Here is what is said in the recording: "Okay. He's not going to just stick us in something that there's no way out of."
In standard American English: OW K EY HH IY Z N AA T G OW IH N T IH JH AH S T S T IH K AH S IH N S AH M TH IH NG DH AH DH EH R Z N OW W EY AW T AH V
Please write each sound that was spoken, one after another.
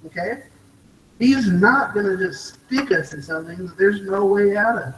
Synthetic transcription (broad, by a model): OW K EY HH IY Z N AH T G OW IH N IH JH AH S T S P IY K AH S IH N S AH M TH IH NG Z DH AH R Z N OW W EY AW T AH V